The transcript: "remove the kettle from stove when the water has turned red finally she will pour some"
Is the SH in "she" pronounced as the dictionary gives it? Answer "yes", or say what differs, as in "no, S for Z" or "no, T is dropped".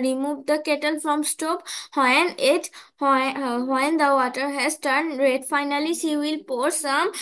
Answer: no, S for SH